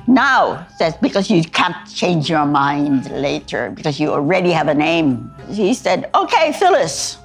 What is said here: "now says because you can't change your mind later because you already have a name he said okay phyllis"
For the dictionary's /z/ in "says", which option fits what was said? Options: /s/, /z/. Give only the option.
/s/